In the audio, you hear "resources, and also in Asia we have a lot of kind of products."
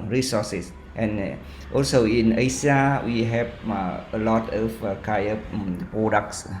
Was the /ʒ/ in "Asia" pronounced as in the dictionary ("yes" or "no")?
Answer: no